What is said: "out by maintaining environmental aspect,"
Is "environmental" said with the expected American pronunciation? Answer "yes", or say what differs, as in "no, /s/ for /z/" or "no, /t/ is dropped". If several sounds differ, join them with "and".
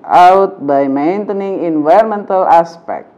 no, /ɹ/ is dropped